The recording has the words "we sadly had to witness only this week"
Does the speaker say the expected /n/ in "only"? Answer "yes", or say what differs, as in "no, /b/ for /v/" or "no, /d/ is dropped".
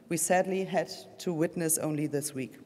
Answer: yes